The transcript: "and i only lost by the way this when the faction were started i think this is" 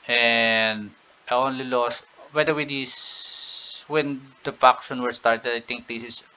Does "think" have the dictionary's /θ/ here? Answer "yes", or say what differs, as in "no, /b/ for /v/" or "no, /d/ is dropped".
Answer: no, /t/ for /θ/